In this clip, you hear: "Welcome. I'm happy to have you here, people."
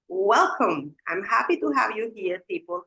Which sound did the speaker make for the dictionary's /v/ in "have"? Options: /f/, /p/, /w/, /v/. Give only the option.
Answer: /v/